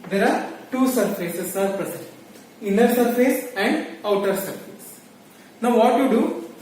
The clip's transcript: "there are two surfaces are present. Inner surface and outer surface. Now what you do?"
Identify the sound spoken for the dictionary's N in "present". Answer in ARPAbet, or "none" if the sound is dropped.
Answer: none